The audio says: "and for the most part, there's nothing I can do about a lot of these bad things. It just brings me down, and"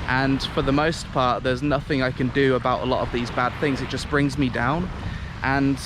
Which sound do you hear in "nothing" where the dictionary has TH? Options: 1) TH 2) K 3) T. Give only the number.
1